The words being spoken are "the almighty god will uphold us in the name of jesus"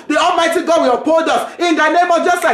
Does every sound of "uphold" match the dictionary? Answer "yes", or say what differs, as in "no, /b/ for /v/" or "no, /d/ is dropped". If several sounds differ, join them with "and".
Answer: no, /l/ is dropped